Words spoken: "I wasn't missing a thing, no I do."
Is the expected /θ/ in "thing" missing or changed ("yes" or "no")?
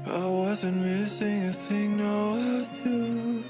no